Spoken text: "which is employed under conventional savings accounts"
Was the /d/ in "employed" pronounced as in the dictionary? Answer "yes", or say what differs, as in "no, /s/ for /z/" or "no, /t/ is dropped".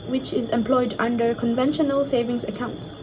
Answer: yes